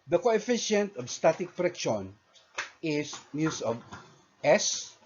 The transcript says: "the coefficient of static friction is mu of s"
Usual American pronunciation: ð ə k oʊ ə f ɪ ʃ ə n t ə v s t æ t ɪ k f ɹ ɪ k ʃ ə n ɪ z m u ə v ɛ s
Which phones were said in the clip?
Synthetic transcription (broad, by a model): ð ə k oʊ ə f ɪ ʃ ə n t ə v s t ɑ t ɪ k p ɹ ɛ k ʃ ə n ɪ s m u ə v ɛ s